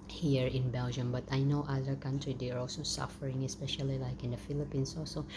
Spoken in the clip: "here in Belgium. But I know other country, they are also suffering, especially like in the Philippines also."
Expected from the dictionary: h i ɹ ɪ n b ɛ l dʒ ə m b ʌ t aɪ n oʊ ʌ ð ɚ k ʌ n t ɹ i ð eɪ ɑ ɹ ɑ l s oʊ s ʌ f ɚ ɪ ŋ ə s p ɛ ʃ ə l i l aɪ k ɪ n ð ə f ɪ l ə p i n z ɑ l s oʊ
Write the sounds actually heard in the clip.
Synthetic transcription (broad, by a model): h i ɹ ɪ n b ɛ l dʒ ə m b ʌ t aɪ n oʊ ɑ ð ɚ k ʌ n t ɹ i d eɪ ɑ ɹ ɑ l s oʊ s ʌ f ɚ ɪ ŋ ə s p ɛ ʃ ə l i l aɪ k ɪ n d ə f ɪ l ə p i n s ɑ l s oʊ